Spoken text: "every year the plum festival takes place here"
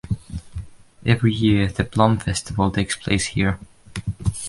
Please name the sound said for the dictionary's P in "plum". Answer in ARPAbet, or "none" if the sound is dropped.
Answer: B